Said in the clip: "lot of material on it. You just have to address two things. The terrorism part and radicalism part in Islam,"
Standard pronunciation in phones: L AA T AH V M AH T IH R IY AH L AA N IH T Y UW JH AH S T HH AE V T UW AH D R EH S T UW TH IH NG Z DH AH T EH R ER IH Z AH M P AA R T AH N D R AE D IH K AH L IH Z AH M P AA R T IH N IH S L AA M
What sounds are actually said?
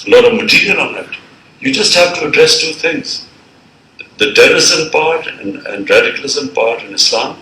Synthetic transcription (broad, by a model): L AA T AH V M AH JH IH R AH N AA N IH T Y UW JH AH S T HH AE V T UW AH D R EH S T UW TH IH NG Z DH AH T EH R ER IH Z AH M P AA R T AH N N R AE D IH K AH L IH Z AH M P AA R T IH N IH S L AA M